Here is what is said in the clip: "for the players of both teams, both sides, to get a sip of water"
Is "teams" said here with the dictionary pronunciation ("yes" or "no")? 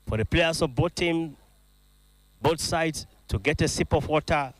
no